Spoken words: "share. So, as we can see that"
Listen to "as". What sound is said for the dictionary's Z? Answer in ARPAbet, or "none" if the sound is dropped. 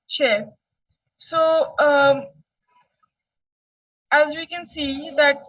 Z